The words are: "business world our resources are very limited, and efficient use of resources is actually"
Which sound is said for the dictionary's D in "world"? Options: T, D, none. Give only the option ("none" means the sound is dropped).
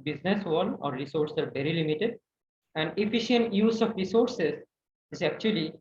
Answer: none